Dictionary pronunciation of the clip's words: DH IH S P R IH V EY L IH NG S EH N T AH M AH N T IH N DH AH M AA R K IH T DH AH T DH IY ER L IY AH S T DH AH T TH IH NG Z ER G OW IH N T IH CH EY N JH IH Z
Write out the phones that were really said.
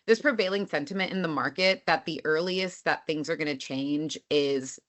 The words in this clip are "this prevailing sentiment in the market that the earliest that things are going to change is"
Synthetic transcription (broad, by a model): DH IH S P R IH V EY L IH NG S EH N T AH M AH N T IH N DH AH M AA R K IH T DH AH T DH IY ER L IY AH S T DH AH T TH IH NG Z ER G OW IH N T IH CH EY N JH IH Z